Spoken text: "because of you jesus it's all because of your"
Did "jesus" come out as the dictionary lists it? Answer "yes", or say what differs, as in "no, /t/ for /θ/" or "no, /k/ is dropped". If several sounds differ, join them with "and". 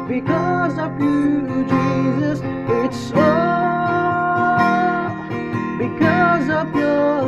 yes